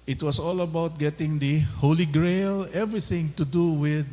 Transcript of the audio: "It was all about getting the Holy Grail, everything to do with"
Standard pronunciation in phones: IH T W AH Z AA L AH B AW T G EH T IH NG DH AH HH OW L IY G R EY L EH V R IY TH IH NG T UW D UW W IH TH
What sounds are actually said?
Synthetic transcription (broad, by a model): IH T W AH S AA L AH B AW T G EH T IH NG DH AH HH OW L IY G R EY L EH V R IY TH IH NG T UW D UW W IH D